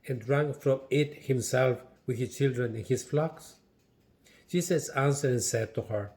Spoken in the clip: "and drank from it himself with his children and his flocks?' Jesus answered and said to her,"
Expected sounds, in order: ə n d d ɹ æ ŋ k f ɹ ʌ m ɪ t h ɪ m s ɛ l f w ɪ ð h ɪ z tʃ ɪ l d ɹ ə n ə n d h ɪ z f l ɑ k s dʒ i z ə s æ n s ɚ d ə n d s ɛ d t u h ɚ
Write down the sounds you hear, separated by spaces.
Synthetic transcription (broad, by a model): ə n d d ɹ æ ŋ f ɹ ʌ m ɪ t h ɪ m s ɛ l f w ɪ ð h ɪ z tʃ ɪ l d ɹ ə n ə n h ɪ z f l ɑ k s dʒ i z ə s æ n s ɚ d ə n s ɛ d t u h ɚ